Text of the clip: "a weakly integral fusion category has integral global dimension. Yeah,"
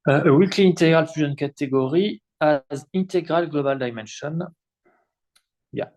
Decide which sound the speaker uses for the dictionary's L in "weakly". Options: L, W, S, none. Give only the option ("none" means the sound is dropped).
L